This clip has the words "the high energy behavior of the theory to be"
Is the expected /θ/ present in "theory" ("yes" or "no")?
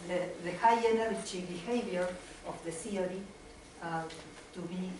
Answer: no